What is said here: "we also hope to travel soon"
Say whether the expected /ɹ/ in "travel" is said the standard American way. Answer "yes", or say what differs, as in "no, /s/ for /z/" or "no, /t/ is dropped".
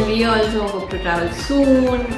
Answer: no, /ɹ/ is dropped